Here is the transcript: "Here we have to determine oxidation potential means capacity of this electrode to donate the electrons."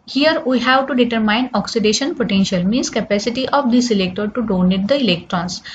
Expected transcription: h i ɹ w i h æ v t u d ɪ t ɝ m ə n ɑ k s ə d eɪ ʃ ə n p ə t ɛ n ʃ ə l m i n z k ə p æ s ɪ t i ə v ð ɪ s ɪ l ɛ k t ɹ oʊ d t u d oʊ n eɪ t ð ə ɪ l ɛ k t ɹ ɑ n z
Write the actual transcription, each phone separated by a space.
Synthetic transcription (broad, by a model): h i ɹ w i h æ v t u d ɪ t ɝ m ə n ɑ k s ə d eɪ ʃ ə n p ə t ɛ n ʃ ə l m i n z k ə p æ s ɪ t i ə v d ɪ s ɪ l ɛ k t oʊ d t u d oʊ n eɪ t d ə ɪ l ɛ k t ɹ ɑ n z